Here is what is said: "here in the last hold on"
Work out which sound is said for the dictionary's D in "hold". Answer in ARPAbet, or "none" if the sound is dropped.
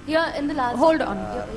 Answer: D